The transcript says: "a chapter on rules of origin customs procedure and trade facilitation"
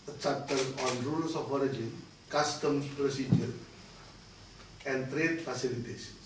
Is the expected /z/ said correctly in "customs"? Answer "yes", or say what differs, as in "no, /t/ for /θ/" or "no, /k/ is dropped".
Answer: no, /z/ is dropped